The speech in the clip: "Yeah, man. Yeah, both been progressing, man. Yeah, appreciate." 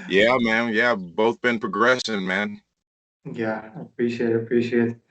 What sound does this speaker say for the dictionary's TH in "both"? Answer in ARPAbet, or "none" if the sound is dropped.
TH